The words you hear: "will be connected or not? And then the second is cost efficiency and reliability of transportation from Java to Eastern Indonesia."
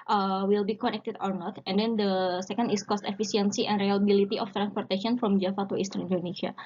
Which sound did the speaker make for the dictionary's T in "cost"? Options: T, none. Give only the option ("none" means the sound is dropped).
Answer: T